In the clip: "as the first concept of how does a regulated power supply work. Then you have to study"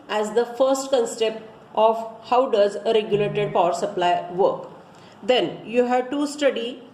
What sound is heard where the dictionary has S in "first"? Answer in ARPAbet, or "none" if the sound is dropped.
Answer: S